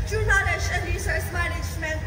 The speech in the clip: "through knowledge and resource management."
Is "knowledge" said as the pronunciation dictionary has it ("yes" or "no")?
no